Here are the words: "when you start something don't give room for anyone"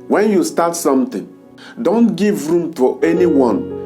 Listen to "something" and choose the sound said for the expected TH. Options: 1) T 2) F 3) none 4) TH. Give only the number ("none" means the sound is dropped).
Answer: 1